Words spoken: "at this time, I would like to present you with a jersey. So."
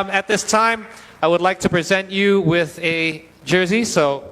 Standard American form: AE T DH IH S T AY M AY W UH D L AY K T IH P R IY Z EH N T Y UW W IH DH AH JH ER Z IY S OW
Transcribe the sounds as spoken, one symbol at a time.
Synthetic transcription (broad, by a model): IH T DH IH S T AY M AY W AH D L AY K T IH P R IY Z EH N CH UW W IH DH AH JH ER Z IY S OW